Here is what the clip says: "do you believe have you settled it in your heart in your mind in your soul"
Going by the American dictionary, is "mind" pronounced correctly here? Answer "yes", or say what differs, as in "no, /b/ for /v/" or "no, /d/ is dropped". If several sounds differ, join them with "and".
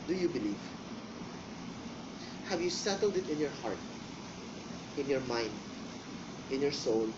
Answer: yes